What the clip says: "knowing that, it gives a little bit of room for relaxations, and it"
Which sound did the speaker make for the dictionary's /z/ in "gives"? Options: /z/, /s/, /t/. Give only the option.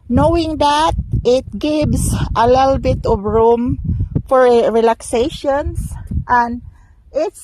/s/